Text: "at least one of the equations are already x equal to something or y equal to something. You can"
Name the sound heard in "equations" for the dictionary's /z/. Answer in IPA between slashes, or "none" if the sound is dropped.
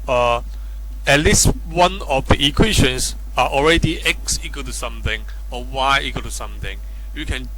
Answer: /s/